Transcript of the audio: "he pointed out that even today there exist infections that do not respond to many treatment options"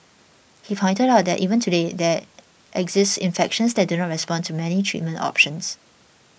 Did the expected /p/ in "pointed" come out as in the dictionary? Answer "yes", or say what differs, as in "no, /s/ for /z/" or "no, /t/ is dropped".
no, /f/ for /p/